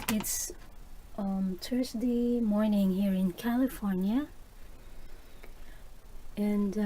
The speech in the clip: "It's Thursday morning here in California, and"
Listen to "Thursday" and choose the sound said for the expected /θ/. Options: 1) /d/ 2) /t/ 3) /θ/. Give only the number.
2